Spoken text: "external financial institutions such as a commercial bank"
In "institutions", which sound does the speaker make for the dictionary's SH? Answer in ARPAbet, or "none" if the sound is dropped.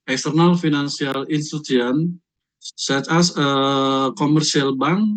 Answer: none